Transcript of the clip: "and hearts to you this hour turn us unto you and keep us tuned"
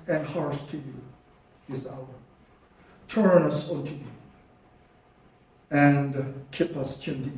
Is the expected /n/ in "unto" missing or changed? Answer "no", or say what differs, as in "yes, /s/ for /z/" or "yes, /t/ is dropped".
yes, /n/ is dropped